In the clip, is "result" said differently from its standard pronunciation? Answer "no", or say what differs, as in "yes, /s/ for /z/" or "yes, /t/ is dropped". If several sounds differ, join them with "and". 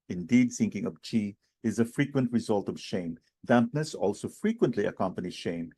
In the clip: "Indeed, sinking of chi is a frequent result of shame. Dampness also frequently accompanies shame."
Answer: no